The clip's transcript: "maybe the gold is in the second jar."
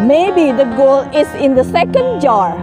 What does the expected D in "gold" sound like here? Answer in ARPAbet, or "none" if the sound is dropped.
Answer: none